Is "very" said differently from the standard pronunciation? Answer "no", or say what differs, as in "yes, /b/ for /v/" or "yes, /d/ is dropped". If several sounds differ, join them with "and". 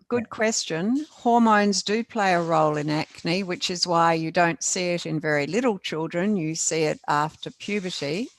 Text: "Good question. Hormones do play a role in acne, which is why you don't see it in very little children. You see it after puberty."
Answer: no